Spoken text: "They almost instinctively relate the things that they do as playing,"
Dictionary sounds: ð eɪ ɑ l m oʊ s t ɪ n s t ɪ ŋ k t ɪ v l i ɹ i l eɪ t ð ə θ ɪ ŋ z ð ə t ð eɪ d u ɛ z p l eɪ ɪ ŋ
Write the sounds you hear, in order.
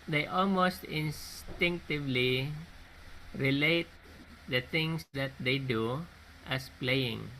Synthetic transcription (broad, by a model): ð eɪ ɑ l m oʊ s t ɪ n s t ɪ ŋ k t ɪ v l i ɹ i l eɪ t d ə t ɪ ŋ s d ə t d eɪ d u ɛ s p l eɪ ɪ ŋ